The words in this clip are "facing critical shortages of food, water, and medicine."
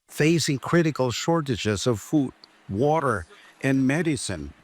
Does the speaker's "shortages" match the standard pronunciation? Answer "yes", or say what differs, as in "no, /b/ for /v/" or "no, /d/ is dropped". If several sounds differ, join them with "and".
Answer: yes